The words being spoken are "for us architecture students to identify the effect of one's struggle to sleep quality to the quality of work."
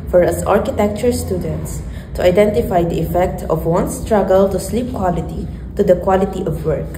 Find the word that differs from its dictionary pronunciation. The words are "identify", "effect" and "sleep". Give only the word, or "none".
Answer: none